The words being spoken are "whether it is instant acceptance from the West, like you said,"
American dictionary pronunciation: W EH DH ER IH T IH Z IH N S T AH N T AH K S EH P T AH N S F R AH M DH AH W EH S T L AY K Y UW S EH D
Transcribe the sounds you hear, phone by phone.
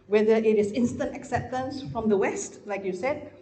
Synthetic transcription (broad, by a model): W EH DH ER IH T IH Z IH N S T AH N T AH K S EH P T AH N S F R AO M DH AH W EH S T L AY K Y UW S EH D